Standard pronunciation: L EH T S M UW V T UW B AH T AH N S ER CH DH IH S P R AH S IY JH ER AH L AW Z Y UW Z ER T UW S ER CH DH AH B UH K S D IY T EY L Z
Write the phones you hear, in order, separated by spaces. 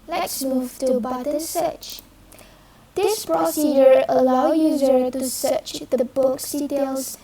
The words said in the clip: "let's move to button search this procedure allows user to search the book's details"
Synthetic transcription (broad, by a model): L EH T S M UW V T UW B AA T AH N S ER CH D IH S P R AH S IY JH ER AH L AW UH Y UW Z ER T UW S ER CH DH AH B UH K S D IY T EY L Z